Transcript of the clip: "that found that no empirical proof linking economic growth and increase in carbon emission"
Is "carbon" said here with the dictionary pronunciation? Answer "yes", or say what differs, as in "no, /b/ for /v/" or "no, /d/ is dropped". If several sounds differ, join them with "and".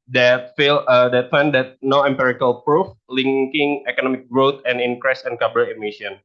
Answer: no, /n/ is dropped